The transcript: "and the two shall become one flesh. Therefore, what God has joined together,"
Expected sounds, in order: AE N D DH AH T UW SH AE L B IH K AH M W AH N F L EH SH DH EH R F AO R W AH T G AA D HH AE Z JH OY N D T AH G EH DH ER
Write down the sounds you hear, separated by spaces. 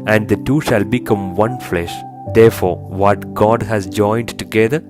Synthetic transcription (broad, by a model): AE N D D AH T UW SH AE L B IH K AH M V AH N F L EH SH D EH R F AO R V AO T G AA D HH AE Z JH OY N D T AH G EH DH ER